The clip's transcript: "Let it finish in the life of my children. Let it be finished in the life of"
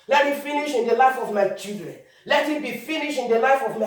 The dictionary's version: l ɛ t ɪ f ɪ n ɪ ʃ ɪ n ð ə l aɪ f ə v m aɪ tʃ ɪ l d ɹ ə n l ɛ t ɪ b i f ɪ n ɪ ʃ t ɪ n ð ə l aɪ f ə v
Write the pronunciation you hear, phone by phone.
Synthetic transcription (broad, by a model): l ɛ t ɪ f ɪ n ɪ ʃ ɪ n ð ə l aɪ f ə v m aɪ tʃ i l d ɹ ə n l ɛ t ɪ b i f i n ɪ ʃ ɪ n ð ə l aɪ f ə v